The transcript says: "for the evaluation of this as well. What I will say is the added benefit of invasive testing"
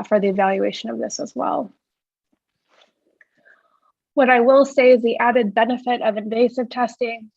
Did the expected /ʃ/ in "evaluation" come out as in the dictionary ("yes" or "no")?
yes